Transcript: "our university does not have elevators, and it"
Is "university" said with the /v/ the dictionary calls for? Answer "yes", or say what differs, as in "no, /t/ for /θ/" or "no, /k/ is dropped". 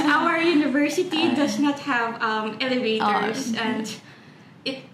yes